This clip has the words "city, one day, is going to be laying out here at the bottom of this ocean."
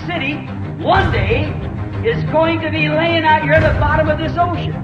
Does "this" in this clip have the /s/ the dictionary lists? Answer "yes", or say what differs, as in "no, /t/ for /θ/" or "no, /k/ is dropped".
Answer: yes